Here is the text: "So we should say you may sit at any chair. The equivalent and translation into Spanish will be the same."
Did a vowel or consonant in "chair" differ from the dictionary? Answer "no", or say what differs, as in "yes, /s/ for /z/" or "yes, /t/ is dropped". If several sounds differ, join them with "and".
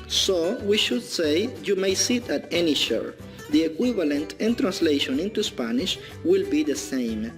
yes, /ʃ/ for /tʃ/